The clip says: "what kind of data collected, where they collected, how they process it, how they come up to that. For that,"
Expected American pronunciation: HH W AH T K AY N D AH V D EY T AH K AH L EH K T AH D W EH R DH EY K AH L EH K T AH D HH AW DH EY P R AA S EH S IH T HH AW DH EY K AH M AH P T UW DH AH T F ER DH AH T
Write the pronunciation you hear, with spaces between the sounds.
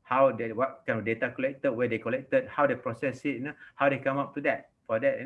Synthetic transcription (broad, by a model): HH W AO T K AY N AH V D EY T AH K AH L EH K T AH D W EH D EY K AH L EH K T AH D HH AW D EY P R AA S EH S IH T HH AW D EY K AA M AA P T UW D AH T F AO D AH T